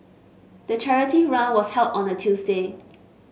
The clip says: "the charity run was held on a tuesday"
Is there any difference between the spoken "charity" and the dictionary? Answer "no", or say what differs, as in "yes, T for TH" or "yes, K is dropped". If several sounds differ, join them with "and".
no